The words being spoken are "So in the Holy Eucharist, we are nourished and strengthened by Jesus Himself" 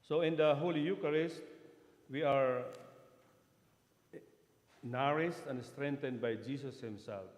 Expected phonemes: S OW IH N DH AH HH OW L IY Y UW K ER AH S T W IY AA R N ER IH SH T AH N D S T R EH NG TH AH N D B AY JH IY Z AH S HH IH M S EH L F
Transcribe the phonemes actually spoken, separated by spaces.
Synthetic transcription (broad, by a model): S OW IH N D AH HH OW L IY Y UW K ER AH S T W IY AA R N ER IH S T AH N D S T R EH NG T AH N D B AY JH IY S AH S HH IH M S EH L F